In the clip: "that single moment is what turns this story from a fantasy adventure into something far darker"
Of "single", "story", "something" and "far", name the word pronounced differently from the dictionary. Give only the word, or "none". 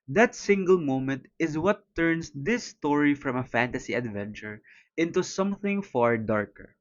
none